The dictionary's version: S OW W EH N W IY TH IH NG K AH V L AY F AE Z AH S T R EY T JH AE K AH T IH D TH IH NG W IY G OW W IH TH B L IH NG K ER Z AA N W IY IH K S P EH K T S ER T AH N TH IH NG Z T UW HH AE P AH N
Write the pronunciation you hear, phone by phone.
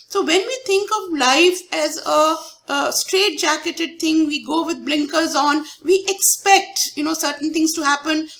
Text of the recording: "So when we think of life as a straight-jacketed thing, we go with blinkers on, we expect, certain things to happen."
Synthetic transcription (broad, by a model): S OW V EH N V IY T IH NG K AH V L AY F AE Z AH S T R EY T JH AE K AH T IH D T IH NG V IY G OW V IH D B L IH NG K ER Z AA N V IY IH K S P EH K T S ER T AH N T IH NG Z T UW HH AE P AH N